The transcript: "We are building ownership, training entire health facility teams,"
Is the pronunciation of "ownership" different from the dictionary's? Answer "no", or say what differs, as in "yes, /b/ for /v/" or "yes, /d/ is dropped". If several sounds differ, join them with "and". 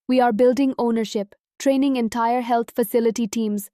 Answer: no